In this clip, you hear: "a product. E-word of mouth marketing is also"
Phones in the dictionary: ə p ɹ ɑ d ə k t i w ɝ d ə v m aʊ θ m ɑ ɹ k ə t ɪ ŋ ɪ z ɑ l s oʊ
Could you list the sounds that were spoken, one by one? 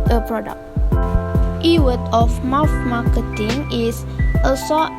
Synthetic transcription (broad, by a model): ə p ɹ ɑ d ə k t i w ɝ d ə f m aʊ f m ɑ k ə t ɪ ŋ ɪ s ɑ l s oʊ